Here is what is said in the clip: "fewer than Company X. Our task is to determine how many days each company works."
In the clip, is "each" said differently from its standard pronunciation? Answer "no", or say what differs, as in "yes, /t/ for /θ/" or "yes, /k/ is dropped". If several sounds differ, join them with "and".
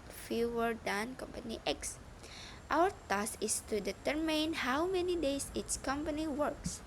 yes, /s/ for /tʃ/